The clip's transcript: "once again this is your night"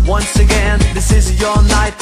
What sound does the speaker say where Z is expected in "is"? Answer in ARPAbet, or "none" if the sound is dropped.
Z